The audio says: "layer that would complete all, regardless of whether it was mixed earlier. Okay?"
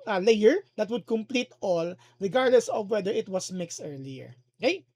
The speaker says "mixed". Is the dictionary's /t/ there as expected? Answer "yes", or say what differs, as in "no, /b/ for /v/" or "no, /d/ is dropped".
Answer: yes